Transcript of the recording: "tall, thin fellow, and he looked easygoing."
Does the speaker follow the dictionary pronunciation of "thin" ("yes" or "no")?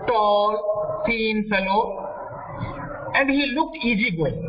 no